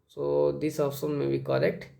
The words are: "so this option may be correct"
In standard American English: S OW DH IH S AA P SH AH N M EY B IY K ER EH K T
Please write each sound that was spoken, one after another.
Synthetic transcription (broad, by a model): S OW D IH S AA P S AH M EY B IY K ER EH K T